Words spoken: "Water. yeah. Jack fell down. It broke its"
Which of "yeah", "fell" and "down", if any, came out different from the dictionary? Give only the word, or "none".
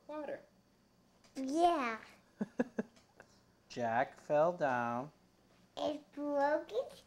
none